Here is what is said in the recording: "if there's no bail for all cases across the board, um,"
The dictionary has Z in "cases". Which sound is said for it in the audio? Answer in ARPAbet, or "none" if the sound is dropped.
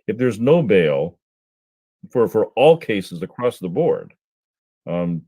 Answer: Z